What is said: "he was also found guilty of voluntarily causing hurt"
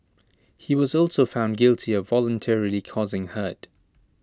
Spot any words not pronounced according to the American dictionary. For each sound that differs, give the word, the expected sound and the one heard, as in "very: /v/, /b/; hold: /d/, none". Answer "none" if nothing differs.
none